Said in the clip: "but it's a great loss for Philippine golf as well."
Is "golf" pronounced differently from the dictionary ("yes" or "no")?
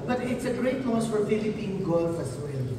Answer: no